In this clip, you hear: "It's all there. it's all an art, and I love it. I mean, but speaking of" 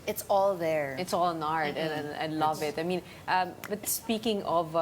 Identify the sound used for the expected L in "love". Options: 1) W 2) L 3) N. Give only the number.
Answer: 2